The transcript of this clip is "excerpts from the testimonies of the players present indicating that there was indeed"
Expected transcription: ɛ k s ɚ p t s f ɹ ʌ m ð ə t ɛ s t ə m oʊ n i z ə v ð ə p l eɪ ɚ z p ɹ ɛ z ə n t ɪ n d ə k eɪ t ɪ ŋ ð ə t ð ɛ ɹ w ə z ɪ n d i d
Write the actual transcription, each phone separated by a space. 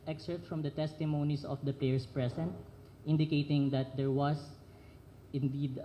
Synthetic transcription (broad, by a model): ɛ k s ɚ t f ɹ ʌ m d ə t ɛ s t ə m oʊ n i s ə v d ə p l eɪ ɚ s p ɹ ɛ s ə n t ɪ n d ə k eɪ t ɪ ŋ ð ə t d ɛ ɹ w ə s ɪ n d i d